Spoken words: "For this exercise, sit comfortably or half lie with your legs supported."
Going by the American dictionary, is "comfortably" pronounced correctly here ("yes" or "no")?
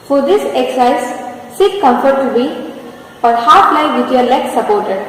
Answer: no